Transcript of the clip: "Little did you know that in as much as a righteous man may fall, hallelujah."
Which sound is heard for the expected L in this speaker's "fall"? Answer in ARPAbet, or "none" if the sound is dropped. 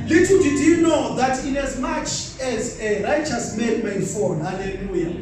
N